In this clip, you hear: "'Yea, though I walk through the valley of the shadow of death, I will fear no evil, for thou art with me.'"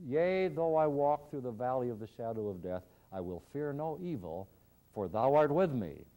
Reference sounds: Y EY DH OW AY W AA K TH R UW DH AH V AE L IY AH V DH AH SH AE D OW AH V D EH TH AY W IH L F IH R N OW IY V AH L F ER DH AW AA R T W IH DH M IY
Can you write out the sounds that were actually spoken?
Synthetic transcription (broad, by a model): Y EY DH OW AY W AA K TH R UW DH AH V AE L IY AH V DH AH SH AE D OW AH V D EH TH AY W IH L F IH R N OW IY V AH L F ER DH AW AA R T W IH DH M IY